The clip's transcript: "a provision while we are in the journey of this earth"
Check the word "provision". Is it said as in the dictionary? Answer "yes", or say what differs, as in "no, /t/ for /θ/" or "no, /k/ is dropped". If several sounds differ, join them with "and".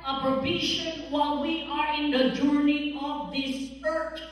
no, /b/ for /v/ and /ʃ/ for /ʒ/